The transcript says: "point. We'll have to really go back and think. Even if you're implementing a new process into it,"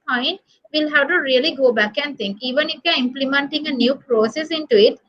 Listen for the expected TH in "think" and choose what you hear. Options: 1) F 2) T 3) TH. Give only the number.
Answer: 2